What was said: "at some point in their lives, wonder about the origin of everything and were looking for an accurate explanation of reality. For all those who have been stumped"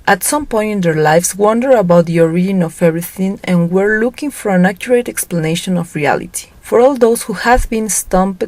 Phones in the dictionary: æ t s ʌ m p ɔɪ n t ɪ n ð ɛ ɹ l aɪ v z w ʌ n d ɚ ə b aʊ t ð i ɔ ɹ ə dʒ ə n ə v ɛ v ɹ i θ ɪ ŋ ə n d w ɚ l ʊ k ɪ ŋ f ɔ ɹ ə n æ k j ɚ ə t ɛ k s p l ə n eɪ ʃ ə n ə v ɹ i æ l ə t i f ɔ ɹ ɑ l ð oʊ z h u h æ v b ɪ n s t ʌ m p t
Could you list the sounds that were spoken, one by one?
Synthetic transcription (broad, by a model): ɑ t s ʌ m p ɔɪ n t ɪ n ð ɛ ɹ l aɪ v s w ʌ n d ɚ ə b aʊ t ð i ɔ ɹ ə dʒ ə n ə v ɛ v ɹ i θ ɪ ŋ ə n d w ɚ l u k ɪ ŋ f ɔ ɹ ə n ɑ k j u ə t ɛ k s p l ə n eɪ ʃ ə n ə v ɹ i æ l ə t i f ɔ ɹ ɑ l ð oʊ s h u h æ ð b ɪ n s t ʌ m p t